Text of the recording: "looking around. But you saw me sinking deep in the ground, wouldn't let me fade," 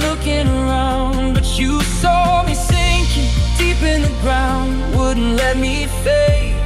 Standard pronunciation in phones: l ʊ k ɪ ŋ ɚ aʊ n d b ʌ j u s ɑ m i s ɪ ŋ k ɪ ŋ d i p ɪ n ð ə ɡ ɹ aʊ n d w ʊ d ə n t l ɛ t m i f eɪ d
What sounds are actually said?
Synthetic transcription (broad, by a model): l ʊ k ɪ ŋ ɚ aʊ n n b ʌ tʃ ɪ s ɑ m i θ ɪ ŋ k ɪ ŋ d i p ɪ n ð ə ɡ ɹ aʊ n d w ʊ d n t l ɛ t m i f eɪ